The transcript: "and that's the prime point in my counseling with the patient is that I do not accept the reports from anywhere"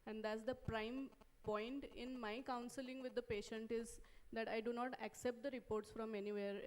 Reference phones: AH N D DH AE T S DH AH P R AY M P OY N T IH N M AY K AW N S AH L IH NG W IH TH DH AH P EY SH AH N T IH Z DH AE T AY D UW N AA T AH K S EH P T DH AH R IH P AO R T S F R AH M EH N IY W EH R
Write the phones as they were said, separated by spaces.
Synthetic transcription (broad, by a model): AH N D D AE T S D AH P R AY M P OY N T IH N M AY K AW N S AH L IH NG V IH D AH P EY SH AH N T IH Z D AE T AY D UW N AA T AH K S EH P T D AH R IH P AO R T S F R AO M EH N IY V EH R